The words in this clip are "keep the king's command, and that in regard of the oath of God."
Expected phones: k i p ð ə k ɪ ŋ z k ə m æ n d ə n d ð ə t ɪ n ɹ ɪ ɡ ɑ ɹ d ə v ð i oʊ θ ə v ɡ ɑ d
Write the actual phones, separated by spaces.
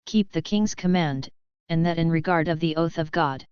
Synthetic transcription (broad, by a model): k i p ð ə k ɪ ŋ z k ə m æ n d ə n ð ə t ɪ n ɹ ɪ ɡ ɑ ɹ d ə v ð i oʊ θ ə v ɡ ɑ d